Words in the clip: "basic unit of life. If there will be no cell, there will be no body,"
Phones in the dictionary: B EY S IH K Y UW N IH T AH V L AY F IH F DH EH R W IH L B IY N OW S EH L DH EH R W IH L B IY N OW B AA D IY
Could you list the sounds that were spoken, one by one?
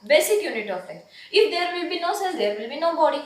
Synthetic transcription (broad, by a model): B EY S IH K Y UW N IH T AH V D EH IH F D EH R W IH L B IY N OW S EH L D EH R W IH L B IY N OW B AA D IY